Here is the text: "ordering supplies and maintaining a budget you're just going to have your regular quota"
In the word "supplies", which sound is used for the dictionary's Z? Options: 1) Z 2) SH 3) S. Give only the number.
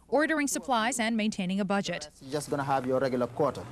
1